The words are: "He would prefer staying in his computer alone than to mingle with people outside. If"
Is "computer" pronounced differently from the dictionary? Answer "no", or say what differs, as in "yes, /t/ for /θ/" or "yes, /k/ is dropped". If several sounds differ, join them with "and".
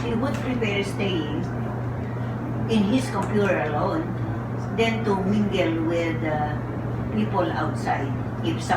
no